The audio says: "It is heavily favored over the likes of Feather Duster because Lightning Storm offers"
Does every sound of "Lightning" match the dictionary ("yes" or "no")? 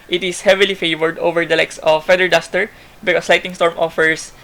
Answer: no